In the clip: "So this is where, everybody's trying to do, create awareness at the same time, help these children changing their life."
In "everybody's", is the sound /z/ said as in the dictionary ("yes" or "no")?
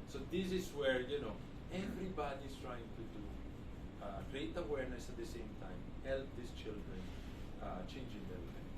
no